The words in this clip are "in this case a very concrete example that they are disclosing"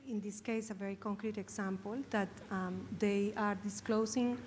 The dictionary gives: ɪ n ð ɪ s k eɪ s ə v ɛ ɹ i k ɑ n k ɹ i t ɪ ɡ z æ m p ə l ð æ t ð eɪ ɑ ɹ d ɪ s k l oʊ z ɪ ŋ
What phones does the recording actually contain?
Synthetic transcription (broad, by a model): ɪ n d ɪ s k eɪ s ə v ɛ ɹ i k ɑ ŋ k ɹ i t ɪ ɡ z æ m p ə l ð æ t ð eɪ ɑ ɹ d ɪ s k l oʊ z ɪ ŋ